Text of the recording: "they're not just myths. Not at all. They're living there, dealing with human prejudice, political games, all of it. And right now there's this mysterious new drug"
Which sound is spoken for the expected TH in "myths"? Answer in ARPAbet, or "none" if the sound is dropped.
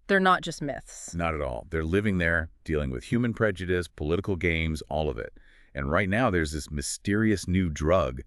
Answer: TH